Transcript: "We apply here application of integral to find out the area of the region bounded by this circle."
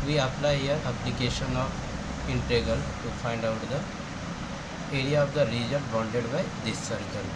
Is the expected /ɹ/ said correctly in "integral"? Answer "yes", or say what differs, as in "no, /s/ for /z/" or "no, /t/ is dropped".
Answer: no, /ɹ/ is dropped